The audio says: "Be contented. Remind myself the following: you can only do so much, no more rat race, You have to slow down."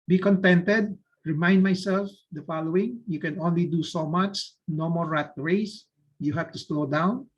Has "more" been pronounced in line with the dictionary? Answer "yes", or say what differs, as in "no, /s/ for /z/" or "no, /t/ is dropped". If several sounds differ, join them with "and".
no, /l/ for /ɹ/